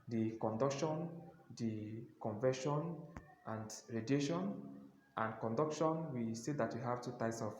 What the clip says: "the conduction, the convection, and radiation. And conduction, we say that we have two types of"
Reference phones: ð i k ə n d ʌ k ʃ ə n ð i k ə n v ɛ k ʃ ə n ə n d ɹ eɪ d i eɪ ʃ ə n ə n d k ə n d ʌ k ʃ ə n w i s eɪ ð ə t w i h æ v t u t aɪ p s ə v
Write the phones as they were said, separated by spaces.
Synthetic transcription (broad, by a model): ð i k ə n d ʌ k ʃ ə n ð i k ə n v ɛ ʃ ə n ə n d ɹ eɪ d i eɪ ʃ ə n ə n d k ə n d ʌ k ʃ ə n w i s eɪ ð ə t w i h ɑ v t u t aɪ p s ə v